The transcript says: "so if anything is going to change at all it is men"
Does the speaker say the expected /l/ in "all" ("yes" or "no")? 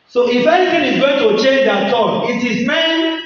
no